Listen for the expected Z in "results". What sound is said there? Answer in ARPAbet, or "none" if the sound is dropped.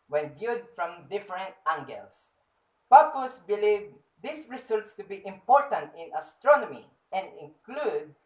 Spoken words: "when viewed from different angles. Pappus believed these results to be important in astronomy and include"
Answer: S